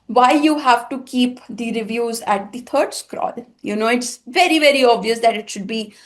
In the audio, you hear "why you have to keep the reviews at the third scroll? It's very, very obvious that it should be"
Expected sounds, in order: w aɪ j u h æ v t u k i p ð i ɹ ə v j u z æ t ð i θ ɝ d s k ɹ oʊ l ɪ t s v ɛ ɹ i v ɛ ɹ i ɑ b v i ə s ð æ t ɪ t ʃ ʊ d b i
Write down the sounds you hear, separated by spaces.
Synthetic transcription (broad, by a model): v aɪ j u h æ v t u k i p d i ɹ ə v j u z æ t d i t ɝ d s k ɹ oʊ l ɪ t s v ɛ ɹ i v ɛ ɹ i ɑ b v i ə s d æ t ɪ t ʃ ʊ d b i